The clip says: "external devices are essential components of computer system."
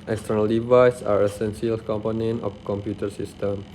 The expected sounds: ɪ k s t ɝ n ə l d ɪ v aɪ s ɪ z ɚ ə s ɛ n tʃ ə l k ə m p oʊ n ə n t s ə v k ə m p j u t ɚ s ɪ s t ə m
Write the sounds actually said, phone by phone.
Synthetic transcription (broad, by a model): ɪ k s t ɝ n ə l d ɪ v aɪ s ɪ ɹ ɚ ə s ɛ n s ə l k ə m p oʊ n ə n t ə f k ə m p j u t ɚ s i s t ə m